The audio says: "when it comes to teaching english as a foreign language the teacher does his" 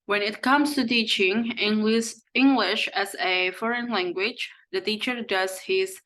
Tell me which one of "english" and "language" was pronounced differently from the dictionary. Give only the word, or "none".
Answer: none